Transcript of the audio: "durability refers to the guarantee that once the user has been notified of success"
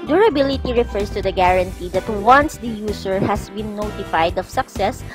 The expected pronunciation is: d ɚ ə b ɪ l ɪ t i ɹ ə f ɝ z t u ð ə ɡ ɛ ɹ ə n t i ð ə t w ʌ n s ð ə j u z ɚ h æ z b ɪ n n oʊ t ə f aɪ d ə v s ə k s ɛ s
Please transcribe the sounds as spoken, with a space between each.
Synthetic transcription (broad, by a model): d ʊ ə b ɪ l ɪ t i ɹ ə f ɝ s t u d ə ɡ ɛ ɹ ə n t i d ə t w ʌ n s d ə j u s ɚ h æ s b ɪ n n oʊ t ə f aɪ d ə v s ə k s ɛ s